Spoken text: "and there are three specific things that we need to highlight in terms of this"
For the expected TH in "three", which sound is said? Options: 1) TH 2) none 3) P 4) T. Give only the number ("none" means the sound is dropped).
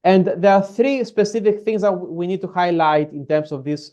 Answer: 1